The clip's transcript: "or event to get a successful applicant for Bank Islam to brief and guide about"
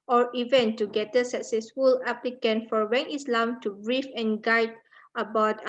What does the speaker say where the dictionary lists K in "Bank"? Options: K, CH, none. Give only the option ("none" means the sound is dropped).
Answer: none